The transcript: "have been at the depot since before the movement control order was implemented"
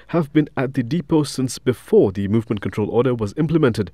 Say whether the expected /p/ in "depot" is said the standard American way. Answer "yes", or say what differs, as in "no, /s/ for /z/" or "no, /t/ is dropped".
yes